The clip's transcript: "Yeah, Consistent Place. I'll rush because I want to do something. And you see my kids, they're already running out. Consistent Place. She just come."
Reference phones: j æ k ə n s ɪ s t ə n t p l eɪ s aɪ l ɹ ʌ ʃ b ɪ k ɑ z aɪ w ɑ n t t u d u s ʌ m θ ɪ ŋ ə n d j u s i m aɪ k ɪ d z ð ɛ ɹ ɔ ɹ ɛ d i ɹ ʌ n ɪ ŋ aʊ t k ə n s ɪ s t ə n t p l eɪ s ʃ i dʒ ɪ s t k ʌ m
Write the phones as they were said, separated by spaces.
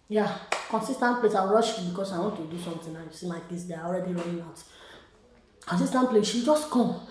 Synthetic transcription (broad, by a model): j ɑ k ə n s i s t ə n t p l eɪ s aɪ w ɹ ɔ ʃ b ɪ k ɑ s aɪ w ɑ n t t u d u s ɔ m t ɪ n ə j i s i m aɪ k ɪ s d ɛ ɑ ɔ ɹ ɛ d i ɹ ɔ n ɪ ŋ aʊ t k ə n s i s t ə n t p l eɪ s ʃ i dʒ ɪ s t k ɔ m